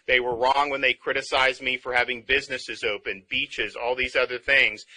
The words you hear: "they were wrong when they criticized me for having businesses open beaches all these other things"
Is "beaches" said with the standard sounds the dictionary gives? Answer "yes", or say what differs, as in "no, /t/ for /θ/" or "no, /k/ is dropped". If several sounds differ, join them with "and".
yes